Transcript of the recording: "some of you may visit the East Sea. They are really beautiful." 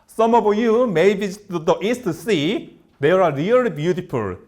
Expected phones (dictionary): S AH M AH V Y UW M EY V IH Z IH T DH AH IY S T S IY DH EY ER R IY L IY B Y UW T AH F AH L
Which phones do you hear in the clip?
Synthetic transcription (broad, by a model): S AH M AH B Y UW M EY B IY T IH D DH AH IY S T S IY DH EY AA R IY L IY B Y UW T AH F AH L